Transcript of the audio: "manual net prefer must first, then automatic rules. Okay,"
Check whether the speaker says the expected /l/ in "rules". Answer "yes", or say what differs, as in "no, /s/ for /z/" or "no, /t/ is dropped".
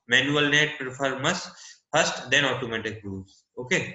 no, /l/ is dropped